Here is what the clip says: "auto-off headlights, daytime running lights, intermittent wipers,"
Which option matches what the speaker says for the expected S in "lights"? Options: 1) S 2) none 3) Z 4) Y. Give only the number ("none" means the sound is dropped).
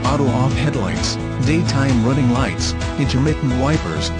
1